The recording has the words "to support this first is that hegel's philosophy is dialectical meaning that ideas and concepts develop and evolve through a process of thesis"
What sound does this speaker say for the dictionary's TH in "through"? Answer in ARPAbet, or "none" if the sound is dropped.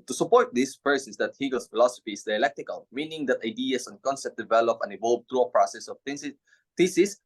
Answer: T